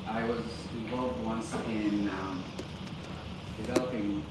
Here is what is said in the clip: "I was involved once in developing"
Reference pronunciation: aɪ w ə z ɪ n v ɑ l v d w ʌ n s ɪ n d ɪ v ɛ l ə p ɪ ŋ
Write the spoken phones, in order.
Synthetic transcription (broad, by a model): aɪ w ə z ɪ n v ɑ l v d w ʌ n s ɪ n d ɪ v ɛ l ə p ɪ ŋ